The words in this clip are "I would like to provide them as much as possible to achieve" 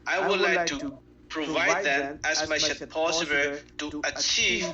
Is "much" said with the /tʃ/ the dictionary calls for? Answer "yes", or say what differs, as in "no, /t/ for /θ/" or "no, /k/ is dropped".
no, /ʃ/ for /tʃ/